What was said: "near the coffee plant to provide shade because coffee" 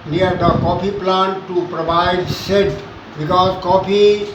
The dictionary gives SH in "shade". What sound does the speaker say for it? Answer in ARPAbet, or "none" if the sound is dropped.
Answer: S